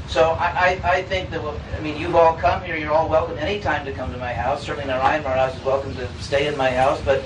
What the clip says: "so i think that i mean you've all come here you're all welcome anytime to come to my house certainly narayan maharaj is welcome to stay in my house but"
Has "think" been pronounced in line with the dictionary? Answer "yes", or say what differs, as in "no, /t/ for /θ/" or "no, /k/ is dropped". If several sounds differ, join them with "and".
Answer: yes